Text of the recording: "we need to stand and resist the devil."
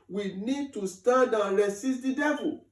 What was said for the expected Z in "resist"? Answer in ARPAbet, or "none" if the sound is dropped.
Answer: S